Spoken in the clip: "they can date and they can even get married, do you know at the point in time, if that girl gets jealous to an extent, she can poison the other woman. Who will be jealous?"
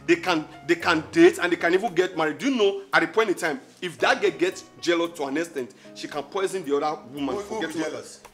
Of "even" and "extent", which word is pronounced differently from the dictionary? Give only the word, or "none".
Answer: extent